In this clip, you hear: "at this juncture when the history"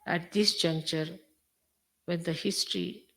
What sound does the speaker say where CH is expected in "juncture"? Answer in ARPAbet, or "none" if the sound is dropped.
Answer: CH